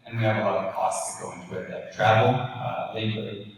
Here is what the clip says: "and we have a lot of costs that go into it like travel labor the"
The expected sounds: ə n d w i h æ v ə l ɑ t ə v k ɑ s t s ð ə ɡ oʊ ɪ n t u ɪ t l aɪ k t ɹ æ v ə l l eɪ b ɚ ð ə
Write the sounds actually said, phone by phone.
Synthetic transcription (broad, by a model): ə n w i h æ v ə l ɑ t ə v k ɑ s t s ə ɡ oʊ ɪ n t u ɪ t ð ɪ t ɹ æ v l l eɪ ɪ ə